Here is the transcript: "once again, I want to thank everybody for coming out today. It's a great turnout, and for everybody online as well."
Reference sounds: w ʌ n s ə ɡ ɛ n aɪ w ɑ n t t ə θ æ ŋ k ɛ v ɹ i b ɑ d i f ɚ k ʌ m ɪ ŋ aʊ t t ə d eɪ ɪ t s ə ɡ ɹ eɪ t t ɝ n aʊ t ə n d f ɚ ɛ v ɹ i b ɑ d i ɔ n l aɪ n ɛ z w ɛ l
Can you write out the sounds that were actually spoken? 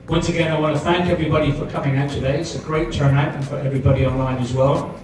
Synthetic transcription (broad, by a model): w ʌ n s ə ɡ ɛ n aɪ w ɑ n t t ə θ æ ŋ k ɛ v ɹ i b ɑ d i f ɚ k ʌ m ɪ ŋ aʊ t t ə d eɪ ɪ t s ə ɡ ɹ eɪ t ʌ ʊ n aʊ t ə n f ɚ ɛ v ɹ i b ɑ d i ɔ n l aɪ n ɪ z w ɛ l